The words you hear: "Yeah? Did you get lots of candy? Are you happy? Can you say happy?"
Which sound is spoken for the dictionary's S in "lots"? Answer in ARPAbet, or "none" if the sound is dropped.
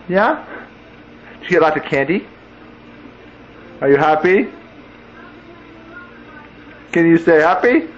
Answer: none